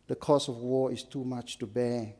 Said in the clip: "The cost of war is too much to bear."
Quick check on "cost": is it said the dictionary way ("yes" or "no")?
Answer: no